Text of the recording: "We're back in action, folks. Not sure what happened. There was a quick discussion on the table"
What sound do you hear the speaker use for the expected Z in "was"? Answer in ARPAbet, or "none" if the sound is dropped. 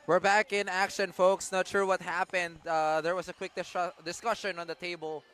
S